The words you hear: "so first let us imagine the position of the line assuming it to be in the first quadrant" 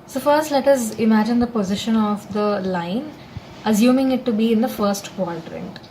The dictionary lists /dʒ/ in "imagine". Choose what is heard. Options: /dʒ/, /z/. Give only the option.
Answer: /dʒ/